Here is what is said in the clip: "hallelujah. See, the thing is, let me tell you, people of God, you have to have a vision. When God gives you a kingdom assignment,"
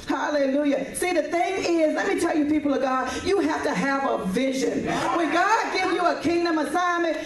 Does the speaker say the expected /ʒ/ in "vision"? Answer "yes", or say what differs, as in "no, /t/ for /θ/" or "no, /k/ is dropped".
yes